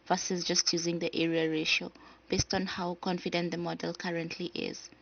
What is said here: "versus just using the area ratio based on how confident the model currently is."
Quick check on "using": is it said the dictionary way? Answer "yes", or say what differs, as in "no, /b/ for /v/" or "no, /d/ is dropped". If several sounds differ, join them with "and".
yes